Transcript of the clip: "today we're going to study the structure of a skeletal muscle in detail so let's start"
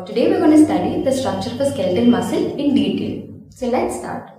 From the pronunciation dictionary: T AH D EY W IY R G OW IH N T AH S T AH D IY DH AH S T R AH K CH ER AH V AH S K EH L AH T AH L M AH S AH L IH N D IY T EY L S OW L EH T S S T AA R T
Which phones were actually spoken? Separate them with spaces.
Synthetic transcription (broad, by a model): T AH D EY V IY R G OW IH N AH S T AH D IY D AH S T R AH K CH ER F AH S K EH L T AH N M AH S AH L IH N D IY T EY L S OW L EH T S S T AA R T